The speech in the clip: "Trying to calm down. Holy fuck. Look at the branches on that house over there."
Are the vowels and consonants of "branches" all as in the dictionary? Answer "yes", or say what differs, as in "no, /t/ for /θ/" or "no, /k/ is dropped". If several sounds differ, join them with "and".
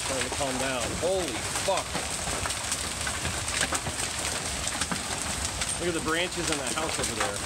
yes